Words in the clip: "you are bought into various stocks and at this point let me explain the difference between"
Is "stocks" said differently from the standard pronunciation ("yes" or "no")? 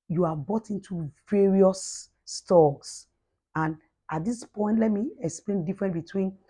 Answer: yes